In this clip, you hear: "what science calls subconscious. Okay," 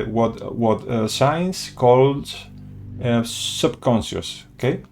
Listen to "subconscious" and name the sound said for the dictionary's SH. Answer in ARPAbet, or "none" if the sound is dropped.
S